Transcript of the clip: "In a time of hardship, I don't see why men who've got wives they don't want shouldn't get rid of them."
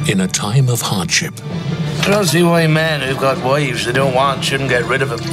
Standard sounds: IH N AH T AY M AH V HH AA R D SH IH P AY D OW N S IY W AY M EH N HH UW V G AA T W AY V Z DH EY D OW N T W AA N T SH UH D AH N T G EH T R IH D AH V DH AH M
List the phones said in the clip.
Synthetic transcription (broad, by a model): IH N AH T AY M AH V HH AA R D SH IH P AY D OW N S IY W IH M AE N HH UW V G AA T W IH V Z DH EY D OW N T W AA N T SH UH D N G EH T R IH D AH V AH